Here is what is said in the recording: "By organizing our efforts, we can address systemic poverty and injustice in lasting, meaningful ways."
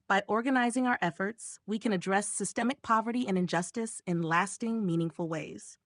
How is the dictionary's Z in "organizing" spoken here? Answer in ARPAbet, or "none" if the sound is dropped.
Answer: Z